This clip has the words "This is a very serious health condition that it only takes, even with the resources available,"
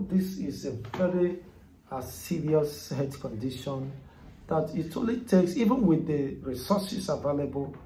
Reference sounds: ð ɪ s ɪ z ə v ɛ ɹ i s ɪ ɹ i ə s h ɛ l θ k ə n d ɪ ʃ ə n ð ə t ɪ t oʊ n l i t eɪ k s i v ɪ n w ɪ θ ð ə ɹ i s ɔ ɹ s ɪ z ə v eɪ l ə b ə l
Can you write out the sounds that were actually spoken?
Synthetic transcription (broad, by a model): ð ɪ s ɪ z ə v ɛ ɹ i s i ɹ i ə s h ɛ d k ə n d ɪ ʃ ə n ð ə t ɪ t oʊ l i t eɪ k s i v ɪ n w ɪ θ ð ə ɹ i s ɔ s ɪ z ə v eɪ l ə b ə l